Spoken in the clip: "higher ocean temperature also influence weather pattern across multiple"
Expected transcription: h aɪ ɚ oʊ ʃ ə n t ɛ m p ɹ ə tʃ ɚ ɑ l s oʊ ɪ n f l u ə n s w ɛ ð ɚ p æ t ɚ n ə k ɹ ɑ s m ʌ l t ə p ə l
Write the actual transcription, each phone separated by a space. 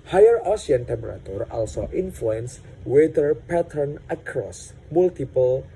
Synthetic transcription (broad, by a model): h aɪ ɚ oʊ s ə n t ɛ m p ɹ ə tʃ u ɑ l s oʊ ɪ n f l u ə n s w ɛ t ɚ p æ t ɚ n ə k ɹ ɑ s m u l t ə p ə l